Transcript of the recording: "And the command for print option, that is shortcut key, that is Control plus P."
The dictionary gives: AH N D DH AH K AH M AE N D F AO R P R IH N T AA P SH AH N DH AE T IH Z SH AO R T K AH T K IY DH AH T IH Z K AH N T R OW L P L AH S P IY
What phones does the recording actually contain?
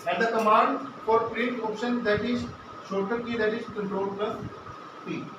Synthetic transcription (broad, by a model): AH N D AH K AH M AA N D F AO R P R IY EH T AA P SH AH N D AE T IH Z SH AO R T AH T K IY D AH T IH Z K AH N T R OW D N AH P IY